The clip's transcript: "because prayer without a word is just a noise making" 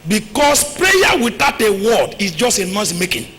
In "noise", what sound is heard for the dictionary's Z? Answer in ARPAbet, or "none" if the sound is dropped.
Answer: S